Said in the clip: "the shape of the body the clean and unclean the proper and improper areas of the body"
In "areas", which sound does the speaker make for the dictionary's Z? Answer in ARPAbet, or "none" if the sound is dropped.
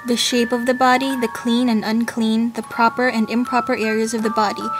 Z